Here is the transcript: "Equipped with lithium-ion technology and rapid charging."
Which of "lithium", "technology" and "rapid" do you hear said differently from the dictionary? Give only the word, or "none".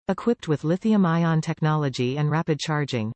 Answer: none